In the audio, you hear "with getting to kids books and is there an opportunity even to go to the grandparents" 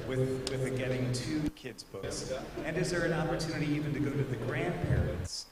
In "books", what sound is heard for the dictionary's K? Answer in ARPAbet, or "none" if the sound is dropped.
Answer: none